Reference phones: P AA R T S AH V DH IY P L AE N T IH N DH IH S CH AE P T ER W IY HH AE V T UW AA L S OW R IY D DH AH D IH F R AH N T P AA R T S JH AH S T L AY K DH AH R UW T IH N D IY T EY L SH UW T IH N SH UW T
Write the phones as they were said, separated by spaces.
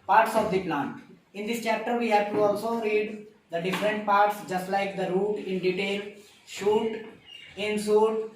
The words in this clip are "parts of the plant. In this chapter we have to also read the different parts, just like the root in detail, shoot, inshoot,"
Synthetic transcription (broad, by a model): P AA R T S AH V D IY P L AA N T IH N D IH S CH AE P T ER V IY HH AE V T UW AA L S OW R IY D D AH D IH F R AH N T P AA R T S JH AH S T L AY K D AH R UW T IH N D IY T EY L SH UW T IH N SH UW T